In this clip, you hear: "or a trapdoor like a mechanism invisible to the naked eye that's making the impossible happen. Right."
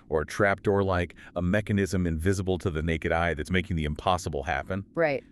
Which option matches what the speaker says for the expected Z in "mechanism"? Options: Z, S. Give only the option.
Z